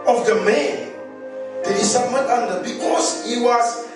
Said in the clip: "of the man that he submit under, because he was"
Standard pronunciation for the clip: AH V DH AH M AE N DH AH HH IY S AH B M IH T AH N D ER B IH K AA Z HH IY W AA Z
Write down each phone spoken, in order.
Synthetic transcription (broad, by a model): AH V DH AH M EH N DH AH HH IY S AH M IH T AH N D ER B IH K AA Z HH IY W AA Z